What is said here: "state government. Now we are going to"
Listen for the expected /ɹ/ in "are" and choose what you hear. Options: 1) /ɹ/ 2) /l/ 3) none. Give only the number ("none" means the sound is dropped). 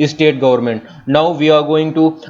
1